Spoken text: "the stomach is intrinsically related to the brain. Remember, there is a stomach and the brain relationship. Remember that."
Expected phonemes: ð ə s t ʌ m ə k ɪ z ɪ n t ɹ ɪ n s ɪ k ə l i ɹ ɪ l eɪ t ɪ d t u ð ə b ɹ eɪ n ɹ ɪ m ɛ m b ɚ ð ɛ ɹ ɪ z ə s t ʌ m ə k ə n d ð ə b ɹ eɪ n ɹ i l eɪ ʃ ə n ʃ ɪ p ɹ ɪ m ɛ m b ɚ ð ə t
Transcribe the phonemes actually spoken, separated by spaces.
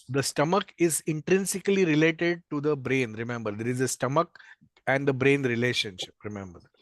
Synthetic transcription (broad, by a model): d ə s t ʌ m ə k ɪ z ɪ n t ɹ ɪ n s ɪ k ə l i ɹ ɪ l eɪ t ɪ d t u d ə b ɹ eɪ n ɹ ɪ m ɛ m b ɚ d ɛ ɹ ɪ z ə s t ʌ m ə k ə n d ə b ɹ eɪ n ɹ i l eɪ ʃ ə n ʃ ɪ p ɹ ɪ m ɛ m b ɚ ə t